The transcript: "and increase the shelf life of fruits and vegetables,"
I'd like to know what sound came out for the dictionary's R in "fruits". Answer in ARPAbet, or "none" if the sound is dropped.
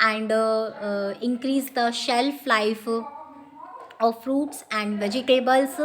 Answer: R